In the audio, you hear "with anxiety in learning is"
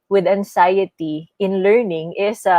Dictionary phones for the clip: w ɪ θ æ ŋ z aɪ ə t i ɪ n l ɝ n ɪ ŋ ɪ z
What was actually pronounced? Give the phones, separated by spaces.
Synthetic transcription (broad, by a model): w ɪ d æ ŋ s aɪ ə t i ɪ n l ɝ n ɪ ŋ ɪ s